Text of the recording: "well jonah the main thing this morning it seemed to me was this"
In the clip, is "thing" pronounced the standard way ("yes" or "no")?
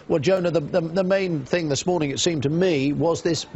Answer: yes